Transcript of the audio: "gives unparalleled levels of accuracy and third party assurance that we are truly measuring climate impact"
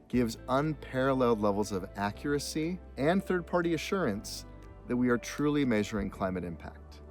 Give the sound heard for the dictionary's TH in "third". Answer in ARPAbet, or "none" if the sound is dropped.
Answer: TH